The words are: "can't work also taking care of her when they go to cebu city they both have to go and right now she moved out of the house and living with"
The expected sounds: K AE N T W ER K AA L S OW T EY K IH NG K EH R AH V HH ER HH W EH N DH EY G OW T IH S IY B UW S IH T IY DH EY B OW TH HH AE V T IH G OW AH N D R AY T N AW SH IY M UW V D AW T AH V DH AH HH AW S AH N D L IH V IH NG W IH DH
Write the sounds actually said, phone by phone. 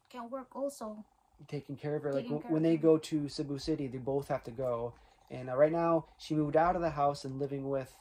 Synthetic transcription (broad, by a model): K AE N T W ER K AA L S OW T EY K IH NG K EH R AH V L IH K W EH N DH EY G OW T IH S IY B UW S IH T IY DH EY B OW TH HH AE F T IH G OW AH N R AY T N AW SH IY M UW V D AW T AH V DH AH HH AW S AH N L IH V IH NG W IH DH